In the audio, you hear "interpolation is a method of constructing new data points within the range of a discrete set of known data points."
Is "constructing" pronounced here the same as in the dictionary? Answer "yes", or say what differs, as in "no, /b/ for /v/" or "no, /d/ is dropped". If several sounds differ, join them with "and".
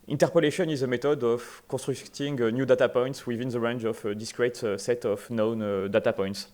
no, /n/ is dropped